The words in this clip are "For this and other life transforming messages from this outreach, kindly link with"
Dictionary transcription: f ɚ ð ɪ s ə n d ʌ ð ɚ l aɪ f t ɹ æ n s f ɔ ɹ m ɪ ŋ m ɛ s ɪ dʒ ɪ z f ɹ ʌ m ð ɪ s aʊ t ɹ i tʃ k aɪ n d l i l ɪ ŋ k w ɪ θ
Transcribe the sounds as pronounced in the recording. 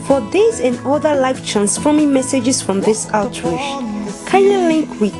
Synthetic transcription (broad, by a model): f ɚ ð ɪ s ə n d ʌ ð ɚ l aɪ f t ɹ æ n s f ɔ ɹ m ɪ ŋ m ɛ s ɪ dʒ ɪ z f ɹ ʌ m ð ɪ s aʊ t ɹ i ʃ k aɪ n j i l ɪ ŋ k w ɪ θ